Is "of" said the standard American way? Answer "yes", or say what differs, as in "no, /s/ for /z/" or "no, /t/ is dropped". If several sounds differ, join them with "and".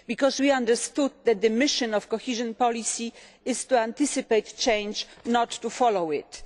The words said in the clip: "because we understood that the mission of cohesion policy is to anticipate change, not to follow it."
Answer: no, /f/ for /v/